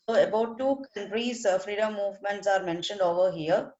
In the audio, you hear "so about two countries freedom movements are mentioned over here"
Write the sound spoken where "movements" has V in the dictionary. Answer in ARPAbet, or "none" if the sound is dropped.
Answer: V